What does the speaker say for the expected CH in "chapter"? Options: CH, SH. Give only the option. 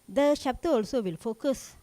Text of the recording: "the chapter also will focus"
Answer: SH